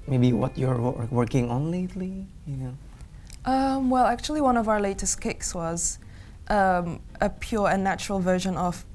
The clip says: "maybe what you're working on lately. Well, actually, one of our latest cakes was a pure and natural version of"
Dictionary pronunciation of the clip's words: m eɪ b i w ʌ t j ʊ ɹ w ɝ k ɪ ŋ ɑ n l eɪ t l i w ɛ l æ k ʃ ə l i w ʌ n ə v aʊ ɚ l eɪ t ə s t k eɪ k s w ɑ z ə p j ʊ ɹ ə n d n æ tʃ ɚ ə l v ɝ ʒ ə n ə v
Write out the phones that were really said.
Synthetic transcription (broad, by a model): m eɪ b i w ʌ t j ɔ ɹ w ɝ k ɪ ŋ ɑ n l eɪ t l i w ɛ l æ k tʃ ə l i w ʌ n ə v aʊ ɚ l eɪ t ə s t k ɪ k s w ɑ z ə p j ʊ ɹ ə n n æ tʃ ɚ ə l v ɝ ʒ ə n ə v